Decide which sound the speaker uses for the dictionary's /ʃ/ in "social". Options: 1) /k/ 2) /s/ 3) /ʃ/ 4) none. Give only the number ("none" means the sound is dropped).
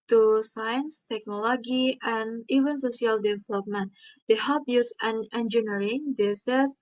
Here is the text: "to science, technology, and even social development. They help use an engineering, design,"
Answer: 2